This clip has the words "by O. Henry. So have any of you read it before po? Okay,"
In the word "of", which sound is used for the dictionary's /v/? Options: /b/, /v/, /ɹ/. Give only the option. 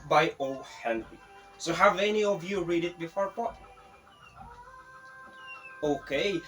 /v/